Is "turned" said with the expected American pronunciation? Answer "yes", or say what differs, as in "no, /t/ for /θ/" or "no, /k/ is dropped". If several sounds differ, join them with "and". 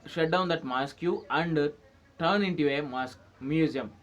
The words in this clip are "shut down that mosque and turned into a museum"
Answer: no, /d/ is dropped